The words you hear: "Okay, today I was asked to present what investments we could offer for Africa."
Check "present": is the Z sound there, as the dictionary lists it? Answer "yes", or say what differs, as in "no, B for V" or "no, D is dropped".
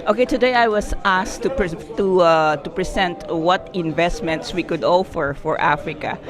no, S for Z